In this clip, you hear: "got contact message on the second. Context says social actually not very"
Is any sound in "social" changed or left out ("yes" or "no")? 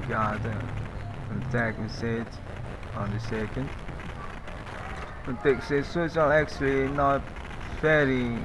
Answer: yes